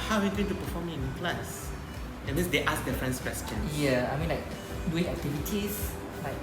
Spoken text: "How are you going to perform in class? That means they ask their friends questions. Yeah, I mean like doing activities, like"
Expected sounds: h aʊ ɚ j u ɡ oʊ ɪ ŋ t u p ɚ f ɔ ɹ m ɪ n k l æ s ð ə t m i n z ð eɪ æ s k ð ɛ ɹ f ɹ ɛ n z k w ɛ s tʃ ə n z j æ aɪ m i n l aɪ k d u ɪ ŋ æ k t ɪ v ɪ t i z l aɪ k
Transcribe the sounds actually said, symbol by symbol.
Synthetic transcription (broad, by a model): h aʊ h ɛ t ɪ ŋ t u p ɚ f ɔ m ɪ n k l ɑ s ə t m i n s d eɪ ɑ s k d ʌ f ɹ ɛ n s k w ɛ s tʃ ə n j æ aɪ m i n l aɪ k d u ɪ ŋ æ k t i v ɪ t i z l aɪ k